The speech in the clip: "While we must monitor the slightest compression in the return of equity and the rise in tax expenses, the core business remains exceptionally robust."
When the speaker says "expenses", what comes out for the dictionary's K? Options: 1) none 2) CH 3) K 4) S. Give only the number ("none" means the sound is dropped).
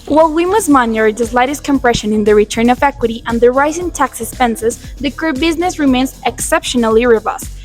1